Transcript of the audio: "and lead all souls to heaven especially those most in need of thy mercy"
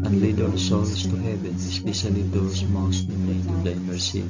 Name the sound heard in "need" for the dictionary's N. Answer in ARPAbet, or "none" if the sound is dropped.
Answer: L